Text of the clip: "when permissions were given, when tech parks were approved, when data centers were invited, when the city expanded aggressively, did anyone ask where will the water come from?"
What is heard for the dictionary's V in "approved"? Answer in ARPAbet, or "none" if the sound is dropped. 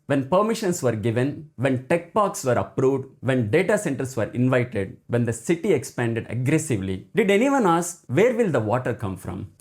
V